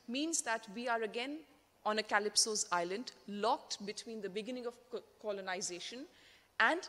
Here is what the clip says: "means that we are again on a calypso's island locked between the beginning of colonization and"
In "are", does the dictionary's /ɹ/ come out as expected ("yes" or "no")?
yes